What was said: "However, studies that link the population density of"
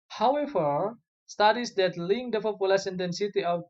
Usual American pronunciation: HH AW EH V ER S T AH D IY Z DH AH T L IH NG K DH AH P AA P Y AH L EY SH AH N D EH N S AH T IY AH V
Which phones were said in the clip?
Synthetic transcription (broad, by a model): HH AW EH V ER S T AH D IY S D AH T L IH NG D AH F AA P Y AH L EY S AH N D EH N S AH T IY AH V